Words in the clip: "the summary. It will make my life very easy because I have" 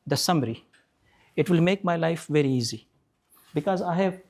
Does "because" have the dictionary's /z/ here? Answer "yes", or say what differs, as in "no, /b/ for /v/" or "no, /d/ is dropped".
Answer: yes